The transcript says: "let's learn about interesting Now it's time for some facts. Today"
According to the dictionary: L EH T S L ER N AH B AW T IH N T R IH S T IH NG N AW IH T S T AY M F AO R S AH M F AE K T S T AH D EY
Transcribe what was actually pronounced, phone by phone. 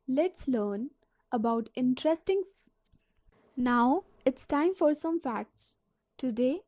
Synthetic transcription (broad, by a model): L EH T S L ER N AH B AW T IH N T R IH S T IH NG N AW IH T S T AY M F AO R S AH M F AE K T S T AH D EY